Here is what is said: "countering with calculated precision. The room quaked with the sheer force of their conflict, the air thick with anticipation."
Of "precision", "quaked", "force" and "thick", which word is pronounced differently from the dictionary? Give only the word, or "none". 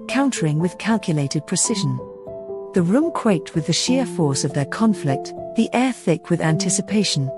none